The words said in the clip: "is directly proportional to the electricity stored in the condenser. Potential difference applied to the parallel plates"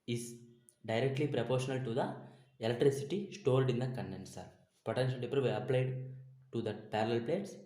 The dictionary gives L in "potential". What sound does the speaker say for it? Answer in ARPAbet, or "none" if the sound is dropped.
N